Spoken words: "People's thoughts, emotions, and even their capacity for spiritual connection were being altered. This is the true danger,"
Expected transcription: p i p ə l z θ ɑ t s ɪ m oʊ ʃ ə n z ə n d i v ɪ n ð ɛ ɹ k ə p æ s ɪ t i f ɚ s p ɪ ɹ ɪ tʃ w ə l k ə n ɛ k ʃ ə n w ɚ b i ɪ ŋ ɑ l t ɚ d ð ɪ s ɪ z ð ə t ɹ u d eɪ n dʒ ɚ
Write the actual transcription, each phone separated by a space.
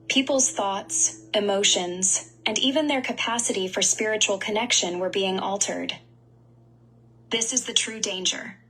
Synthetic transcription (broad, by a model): p i p l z θ ɑ t s ɪ m oʊ ʃ ə n z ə n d i v ɪ n ð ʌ ɹ k ə p æ s ɪ t i f ɚ s p ɪ ɹ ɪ tʃ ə l k ə n ɛ k ʃ ə n w ɚ b i ɪ ŋ ɑ l t ɚ d ð ɪ s ɪ z ð ə t ɹ u d eɪ n dʒ ɚ